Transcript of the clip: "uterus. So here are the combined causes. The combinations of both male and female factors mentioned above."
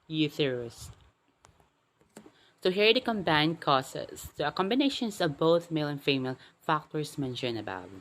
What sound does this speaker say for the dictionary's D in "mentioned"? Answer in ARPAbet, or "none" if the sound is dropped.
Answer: none